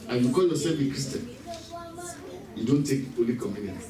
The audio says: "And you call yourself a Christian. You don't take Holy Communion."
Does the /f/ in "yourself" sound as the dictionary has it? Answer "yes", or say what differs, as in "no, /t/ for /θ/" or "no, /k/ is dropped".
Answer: no, /f/ is dropped